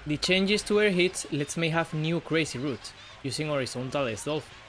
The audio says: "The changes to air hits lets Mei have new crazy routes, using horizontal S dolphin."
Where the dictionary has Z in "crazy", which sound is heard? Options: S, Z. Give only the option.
S